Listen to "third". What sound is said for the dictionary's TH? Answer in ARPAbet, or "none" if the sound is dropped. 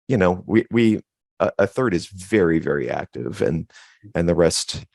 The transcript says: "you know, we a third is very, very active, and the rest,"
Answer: TH